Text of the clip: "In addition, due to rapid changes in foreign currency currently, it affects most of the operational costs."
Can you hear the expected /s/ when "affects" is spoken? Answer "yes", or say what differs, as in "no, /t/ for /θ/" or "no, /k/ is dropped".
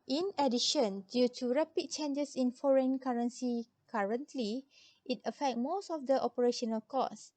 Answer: no, /s/ is dropped